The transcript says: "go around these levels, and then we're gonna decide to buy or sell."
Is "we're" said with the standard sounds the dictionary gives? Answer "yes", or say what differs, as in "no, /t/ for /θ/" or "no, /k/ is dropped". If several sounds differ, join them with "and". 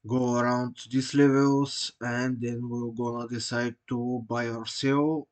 no, /l/ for /ɹ/